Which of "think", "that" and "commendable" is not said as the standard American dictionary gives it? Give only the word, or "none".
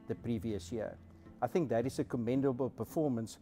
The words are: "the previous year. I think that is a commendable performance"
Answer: none